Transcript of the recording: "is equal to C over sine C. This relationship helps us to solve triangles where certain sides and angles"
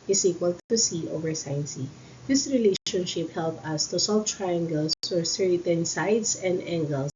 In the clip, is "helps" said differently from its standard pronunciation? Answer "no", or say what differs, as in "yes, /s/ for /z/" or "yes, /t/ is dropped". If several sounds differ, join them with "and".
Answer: yes, /s/ is dropped